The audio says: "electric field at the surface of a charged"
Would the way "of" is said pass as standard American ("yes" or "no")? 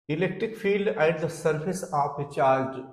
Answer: no